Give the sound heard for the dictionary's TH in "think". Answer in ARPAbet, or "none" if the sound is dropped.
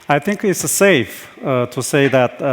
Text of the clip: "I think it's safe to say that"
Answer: TH